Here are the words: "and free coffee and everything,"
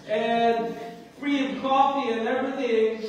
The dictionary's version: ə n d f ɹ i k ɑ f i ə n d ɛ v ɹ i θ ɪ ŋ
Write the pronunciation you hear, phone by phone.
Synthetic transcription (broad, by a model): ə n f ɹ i k ɑ f i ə n ɛ v ɹ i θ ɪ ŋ